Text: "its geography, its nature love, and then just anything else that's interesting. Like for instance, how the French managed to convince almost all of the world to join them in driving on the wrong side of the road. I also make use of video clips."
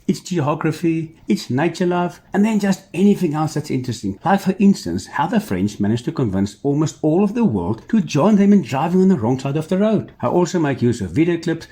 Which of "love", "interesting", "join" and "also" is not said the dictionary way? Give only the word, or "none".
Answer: none